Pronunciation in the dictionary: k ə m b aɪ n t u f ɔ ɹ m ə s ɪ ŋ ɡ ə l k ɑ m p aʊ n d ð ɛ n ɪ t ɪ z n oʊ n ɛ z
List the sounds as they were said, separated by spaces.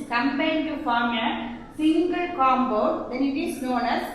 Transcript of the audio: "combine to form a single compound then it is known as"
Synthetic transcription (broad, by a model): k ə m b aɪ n t u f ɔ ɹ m ə s ɪ ŋ ɡ ə l k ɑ m b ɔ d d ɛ n ɪ t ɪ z n oʊ n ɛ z